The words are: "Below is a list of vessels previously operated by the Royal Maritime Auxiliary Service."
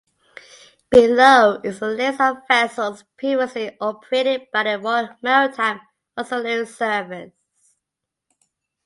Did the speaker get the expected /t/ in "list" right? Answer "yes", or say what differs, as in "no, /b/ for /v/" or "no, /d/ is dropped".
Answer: no, /t/ is dropped